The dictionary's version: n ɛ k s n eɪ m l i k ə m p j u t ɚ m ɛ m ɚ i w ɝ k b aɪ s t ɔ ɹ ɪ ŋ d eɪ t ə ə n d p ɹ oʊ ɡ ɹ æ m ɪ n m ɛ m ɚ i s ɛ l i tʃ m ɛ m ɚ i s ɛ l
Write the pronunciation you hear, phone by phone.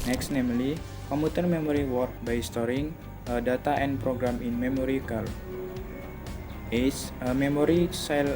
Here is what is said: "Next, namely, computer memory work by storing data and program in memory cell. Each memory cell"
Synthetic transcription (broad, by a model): n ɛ k s n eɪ m l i k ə m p u t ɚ m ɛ m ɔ i w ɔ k b aɪ s t ɔ ɹ ɪ ŋ d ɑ t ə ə n p ɹ oʊ ɡ ɹ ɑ m ɪ n m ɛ m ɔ i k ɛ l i s m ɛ m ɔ i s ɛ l